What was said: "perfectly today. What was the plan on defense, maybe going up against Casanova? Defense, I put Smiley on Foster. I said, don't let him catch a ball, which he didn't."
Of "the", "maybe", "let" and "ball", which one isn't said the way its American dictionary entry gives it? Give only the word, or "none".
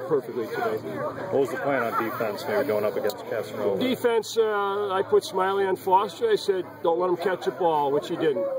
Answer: maybe